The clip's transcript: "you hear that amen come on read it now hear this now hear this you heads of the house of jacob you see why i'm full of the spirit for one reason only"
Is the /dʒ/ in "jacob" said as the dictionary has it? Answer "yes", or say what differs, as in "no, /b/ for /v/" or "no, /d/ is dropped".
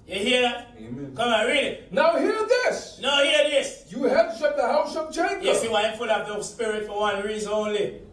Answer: no, /tʃ/ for /dʒ/